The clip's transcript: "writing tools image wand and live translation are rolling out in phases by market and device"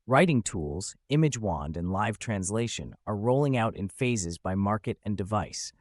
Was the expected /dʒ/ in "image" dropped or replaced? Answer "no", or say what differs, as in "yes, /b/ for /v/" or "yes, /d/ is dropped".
no